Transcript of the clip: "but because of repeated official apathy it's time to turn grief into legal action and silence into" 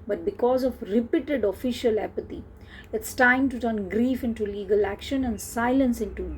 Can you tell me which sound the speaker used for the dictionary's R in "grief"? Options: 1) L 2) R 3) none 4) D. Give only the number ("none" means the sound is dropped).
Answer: 2